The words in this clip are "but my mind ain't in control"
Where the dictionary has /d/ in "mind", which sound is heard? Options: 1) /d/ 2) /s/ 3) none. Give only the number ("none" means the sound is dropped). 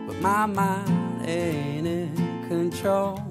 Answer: 3